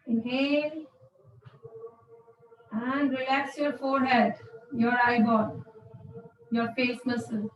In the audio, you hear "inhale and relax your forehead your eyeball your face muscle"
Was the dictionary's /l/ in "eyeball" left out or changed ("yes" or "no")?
yes